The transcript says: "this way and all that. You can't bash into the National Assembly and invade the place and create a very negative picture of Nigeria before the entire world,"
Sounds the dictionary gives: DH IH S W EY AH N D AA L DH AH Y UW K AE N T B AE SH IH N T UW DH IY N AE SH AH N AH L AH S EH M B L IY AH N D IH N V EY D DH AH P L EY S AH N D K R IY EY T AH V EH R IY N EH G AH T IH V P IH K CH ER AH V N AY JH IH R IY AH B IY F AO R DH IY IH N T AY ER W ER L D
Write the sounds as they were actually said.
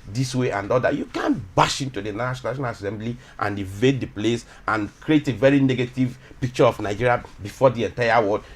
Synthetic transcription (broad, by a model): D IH S W EY AH N D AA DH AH Y UW K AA N B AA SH IH N T UW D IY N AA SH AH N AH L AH S EH M B L IY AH N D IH V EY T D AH P L EY S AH N K R IY EY T AH V EH R IY N EH G AH T IH V P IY K CH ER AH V N AY JH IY R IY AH B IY F AO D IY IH N T AY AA W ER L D